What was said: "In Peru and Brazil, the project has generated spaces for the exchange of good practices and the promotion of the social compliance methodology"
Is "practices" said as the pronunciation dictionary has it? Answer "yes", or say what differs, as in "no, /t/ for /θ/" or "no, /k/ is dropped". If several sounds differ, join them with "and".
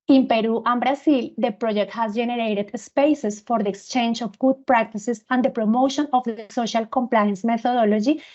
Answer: no, /s/ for /z/